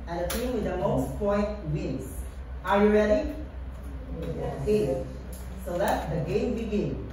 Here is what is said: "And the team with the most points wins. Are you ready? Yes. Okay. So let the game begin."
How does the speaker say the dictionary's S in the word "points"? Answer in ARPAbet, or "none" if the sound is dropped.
none